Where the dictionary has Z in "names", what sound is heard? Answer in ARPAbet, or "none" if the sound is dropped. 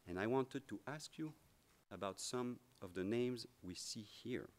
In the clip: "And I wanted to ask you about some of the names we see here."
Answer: Z